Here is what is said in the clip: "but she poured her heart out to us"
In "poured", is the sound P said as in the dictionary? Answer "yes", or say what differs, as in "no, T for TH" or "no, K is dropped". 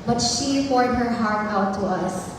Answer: no, F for P